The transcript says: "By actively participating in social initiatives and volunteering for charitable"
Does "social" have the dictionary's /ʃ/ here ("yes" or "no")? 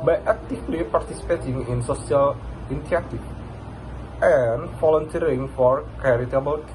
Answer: no